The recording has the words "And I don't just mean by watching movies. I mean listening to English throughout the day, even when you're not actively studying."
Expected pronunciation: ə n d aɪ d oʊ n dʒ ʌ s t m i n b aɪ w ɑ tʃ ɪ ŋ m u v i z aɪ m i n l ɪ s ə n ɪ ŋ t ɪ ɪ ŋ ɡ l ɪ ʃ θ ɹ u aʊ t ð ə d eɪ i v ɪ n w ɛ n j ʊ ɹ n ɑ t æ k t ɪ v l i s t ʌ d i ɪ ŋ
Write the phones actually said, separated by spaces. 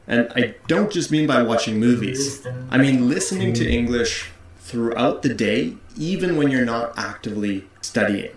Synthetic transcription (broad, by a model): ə n aɪ d oʊ n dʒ ʌ s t m i n b aɪ w ɑ tʃ ɪ ŋ m u v i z aɪ m i n l ɪ s ə n ɪ ŋ t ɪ ɪ ŋ ɡ l ɪ ʃ θ ɹ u aʊ t ð ə d eɪ i v ɪ n w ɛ n j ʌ ɹ n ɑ t æ k t ɪ v l i s t ʌ d i ɪ ŋ